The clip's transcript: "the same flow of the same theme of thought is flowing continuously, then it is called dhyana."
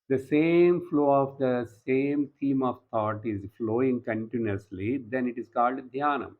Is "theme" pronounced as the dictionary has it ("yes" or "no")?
no